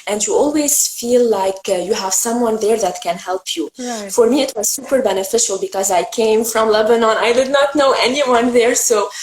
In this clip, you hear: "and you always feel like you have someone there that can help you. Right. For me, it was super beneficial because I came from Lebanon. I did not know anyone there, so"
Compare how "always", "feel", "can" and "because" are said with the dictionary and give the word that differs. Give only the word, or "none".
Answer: none